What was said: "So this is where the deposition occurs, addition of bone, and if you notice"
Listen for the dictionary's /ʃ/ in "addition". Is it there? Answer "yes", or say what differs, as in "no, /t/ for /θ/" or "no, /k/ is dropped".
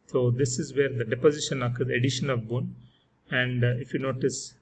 yes